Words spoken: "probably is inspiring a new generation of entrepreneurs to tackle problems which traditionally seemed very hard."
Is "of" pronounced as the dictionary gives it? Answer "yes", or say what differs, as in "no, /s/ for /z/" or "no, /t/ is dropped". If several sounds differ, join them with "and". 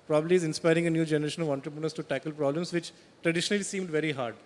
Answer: yes